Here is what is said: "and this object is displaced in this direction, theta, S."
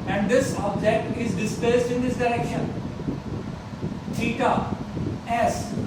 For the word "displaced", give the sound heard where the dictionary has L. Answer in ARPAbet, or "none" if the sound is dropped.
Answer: none